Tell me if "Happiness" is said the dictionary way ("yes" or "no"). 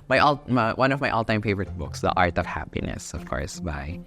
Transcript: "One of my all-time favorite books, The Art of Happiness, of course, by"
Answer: yes